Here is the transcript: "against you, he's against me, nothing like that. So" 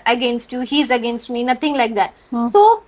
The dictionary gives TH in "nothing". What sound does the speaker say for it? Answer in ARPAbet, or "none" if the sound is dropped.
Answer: T